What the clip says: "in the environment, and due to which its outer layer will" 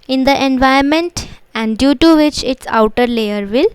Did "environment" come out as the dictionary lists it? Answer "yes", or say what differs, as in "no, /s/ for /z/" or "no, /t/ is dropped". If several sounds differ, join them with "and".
no, /ɹ/ is dropped